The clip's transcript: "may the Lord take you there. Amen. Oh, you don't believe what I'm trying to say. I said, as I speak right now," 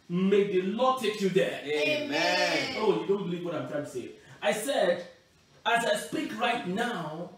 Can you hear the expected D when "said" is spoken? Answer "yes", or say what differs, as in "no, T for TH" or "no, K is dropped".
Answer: yes